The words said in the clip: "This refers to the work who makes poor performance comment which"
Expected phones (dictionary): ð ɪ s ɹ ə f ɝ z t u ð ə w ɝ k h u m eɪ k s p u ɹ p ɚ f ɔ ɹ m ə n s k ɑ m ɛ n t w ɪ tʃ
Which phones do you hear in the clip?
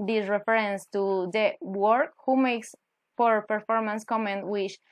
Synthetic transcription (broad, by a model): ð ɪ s ɹ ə f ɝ s t u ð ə w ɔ k h u m eɪ k s f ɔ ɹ p ɚ f ɔ ɹ m ə n s k ɑ m ɛ n t w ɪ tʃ